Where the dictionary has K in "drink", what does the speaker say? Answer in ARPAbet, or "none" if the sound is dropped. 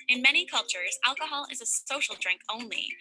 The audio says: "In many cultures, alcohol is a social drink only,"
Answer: K